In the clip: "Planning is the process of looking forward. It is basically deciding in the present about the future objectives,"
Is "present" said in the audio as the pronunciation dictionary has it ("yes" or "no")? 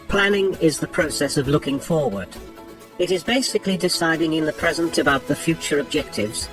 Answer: yes